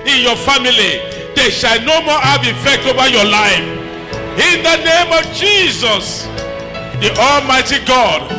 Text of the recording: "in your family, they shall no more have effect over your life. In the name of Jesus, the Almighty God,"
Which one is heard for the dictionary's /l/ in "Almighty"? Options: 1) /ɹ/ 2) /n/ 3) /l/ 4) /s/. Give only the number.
3